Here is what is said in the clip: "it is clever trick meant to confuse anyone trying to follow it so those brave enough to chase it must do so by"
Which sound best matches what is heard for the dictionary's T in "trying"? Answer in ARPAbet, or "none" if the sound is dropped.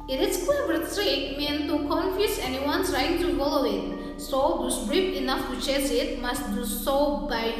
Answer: S